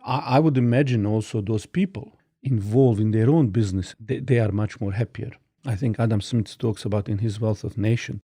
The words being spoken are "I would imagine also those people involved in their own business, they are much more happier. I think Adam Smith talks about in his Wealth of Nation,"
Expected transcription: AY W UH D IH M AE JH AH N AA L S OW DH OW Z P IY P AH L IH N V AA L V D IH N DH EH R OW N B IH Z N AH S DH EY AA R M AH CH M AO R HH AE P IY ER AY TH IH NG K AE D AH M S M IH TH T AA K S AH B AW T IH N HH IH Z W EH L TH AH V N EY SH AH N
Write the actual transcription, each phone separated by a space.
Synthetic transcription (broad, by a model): AY W UH D IH M AE JH AH N AA L S OW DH OW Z P IY P AH L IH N V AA L V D IH N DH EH R OW N B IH Z N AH S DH EY AA R M AH CH M AO R HH AE P IY ER AY TH IH NG K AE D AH M S M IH S T AA K S AH B AW T IH N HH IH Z W EH L TH AH V N EY SH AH N